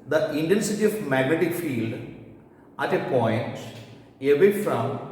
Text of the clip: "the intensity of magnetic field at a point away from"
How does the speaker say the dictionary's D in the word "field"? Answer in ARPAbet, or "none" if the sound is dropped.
D